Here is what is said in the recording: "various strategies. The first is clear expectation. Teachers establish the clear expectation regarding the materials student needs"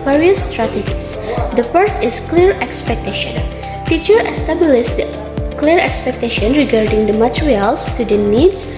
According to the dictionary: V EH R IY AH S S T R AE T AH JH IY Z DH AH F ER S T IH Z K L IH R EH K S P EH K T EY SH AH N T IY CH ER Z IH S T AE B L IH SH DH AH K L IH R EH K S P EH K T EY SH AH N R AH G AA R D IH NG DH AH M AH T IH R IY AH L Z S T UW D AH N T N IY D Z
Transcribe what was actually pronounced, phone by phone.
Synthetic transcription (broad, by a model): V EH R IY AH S S T R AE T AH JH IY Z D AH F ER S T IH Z K L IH R EH K S P EH K T EY SH AH N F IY CH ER IH S T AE B L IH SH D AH K L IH R EH K S P EH K T EY SH AH N R AH G AA R D IH NG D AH M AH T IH R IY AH L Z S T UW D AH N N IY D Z